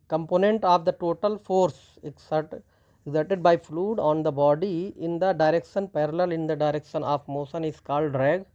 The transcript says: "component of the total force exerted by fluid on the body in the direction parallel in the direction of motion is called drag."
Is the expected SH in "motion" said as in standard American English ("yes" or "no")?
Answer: no